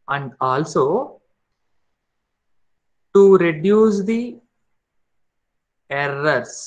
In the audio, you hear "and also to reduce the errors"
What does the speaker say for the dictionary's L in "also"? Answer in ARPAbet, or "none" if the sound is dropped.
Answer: L